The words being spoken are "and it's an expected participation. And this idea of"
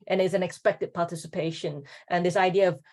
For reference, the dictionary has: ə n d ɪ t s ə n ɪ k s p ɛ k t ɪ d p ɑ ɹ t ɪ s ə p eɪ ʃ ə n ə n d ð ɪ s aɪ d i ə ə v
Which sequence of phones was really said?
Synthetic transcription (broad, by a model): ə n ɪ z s ə n ɪ k s p ɛ k t ɪ d p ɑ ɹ t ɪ s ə p eɪ ʃ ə n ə n ð ɪ s aɪ d i ə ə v